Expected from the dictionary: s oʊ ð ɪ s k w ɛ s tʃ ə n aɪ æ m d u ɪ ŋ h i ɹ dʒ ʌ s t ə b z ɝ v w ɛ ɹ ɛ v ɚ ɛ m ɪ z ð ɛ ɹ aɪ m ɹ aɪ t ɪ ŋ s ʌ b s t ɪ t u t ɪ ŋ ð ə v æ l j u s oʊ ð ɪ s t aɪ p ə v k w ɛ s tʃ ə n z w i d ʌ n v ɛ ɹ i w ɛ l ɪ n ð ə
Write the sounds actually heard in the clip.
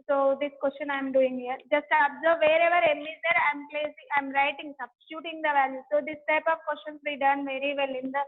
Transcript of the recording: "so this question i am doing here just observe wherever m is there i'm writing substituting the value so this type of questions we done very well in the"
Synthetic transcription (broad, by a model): s oʊ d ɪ s k w ɛ s tʃ ə n aɪ m d u ɪ ŋ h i ɹ dʒ ʌ s t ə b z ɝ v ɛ ɹ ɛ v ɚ ɛ m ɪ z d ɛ ɹ aɪ m ɹ aɪ t ɪ ŋ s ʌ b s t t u t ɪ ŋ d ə v æ l j u s oʊ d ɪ s t aɪ p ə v k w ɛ s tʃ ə n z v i d ʌ n v ɛ ɹ i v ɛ l ɪ n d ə